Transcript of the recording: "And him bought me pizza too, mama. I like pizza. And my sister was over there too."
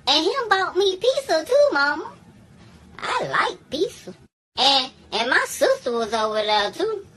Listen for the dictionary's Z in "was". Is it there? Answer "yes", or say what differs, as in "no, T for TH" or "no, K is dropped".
yes